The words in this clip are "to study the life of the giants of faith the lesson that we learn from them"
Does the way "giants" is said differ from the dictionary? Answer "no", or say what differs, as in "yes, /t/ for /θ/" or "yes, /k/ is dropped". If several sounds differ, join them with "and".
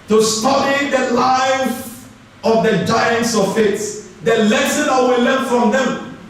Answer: no